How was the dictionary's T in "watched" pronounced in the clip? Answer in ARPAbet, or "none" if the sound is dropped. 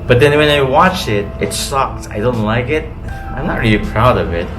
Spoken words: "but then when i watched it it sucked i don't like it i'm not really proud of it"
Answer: none